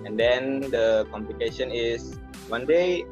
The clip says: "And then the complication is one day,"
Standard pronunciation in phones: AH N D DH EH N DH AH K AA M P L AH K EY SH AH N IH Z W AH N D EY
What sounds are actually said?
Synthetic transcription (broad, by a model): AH N D EH N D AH K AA M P L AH K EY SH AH N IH S W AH N D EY